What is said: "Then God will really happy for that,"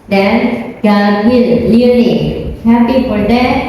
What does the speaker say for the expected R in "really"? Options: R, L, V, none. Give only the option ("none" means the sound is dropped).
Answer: L